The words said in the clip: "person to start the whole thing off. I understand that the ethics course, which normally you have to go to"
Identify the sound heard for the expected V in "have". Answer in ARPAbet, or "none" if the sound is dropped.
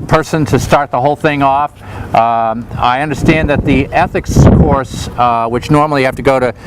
F